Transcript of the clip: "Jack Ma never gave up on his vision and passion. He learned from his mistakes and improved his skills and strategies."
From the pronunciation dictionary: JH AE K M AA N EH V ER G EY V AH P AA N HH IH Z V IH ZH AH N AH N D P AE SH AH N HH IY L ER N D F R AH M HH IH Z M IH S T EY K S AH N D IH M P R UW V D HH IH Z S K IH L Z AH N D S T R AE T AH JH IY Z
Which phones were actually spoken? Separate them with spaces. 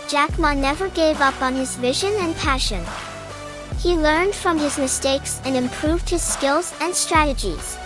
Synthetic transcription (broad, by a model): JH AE K M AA N EH V ER G EY V AH P N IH Z V IH ZH AH N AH N P AE SH AH N HH IY L ER N D F R AH M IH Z M IH S T EY K S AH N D IH M P R UW V D HH IH Z S K IH L Z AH N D S T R AE T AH JH IY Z